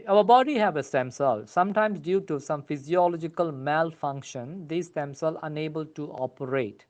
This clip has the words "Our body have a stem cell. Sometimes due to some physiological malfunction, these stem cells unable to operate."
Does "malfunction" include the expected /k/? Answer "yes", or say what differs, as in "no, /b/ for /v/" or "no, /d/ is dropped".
yes